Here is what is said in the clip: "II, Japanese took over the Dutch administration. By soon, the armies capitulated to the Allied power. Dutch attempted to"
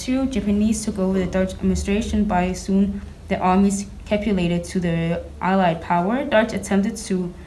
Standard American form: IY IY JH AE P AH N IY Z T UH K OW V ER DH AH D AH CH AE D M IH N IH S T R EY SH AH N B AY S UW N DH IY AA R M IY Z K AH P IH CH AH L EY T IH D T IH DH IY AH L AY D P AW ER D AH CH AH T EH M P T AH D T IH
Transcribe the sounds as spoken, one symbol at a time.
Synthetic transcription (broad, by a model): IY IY JH AE P AH N IY Z T UH K OW V ER DH AH D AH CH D M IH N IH S T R EY SH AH N B AY S UW N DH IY AA R M IY Z K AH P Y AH L EY T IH D T IH DH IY AH L AY D P AW ER D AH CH AH T EH M P T AH D T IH